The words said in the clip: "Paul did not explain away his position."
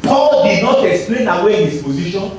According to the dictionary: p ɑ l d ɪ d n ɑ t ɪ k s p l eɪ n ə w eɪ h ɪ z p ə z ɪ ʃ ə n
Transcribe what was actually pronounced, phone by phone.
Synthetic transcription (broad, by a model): p ɑ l d ɪ d n ɑ t ɪ k s p l eɪ n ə w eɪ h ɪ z p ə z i ʃ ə n